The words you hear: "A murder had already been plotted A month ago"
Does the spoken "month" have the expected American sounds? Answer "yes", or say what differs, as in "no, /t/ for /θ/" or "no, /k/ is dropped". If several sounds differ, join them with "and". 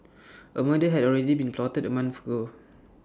no, /f/ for /θ/